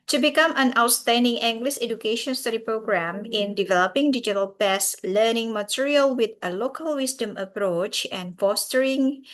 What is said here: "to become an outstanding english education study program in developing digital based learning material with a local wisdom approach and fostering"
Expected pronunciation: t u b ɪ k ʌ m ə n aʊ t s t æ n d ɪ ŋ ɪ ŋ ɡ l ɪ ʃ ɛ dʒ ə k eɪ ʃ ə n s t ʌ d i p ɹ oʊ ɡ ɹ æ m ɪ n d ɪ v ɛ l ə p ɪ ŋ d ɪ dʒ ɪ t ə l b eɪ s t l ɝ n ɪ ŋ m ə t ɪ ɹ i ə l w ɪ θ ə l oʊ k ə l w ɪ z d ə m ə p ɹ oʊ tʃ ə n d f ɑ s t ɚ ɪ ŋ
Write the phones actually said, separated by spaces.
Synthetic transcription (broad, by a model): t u b ɪ k ʌ m ə n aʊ t s t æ n d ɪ ŋ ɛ ŋ ɡ l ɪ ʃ ɛ dʒ ə k eɪ ʃ ə n s t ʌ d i p ɹ oʊ ɡ ɹ æ m ɪ n d ɪ v ɛ l ə p ɪ ŋ d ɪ dʒ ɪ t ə l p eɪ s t l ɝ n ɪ ŋ m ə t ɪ ɹ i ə l w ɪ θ ə l oʊ k ə l w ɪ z d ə m ə p ɹ oʊ tʃ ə n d f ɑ s t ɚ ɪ ŋ